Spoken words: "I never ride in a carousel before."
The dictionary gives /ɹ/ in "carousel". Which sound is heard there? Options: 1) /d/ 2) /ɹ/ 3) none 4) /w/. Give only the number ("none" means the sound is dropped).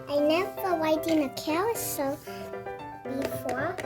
4